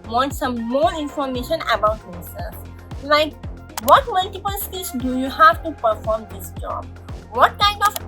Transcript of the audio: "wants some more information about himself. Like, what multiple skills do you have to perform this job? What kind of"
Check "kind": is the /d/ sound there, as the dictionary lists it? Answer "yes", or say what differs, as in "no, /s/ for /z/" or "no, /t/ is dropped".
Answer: no, /d/ is dropped